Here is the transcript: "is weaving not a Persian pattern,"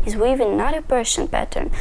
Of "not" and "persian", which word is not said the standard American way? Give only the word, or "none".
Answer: persian